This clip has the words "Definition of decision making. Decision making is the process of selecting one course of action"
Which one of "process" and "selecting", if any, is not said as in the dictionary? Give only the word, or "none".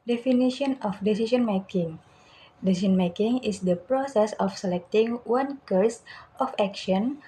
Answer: none